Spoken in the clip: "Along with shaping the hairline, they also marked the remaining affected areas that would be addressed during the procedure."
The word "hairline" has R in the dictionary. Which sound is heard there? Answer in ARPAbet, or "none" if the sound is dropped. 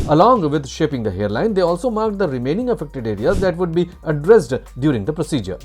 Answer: R